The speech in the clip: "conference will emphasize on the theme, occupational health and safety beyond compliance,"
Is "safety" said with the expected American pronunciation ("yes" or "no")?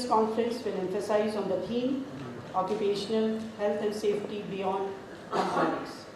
yes